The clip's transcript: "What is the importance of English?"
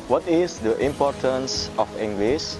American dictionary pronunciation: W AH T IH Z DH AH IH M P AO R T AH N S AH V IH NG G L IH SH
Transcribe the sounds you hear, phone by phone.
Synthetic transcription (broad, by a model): W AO T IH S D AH IH M P AO R T AH N S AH F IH NG G L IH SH